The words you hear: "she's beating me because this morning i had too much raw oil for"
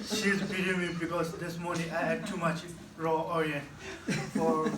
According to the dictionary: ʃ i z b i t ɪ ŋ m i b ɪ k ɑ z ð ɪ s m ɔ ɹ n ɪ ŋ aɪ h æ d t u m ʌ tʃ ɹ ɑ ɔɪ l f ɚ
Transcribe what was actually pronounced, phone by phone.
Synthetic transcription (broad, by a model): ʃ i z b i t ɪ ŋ m i b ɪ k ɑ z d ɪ s m ɔ ɹ n ɪ ŋ aɪ h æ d t u m ʌ tʃ ɹ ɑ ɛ n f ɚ